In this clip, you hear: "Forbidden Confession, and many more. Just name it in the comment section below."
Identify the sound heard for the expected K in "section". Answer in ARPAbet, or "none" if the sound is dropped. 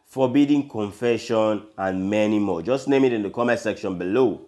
K